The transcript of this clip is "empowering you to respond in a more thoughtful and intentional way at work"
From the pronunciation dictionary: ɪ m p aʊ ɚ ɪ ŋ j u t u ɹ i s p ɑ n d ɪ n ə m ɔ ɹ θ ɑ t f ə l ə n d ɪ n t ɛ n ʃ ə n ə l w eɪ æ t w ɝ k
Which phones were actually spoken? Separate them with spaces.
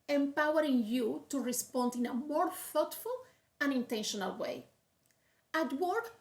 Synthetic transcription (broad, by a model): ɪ m p aʊ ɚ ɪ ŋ j u t u ɹ i s p ɑ n d ɪ n ə m ɔ ɹ f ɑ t f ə l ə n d ɪ n t ɛ n ʃ ə n ə l w eɪ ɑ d w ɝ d